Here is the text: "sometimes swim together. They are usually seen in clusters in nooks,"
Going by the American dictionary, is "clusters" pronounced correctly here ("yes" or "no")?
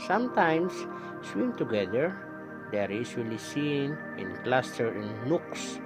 no